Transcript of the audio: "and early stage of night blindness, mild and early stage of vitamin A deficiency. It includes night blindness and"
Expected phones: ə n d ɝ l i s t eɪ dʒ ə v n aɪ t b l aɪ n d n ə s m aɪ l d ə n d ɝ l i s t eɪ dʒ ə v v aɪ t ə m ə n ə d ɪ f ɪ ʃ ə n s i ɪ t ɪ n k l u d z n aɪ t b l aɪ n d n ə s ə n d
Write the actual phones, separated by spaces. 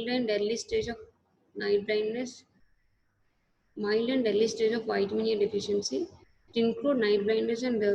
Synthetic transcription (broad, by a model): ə n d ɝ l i s t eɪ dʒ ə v n aɪ t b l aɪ n d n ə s m aɪ l d ə n d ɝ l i s t eɪ dʒ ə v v aɪ t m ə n ə d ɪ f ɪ ʃ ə n s i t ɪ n k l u d n aɪ t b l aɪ n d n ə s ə n d